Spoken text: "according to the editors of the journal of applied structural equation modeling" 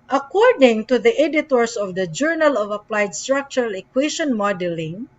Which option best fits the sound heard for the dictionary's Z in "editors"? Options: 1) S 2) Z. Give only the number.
1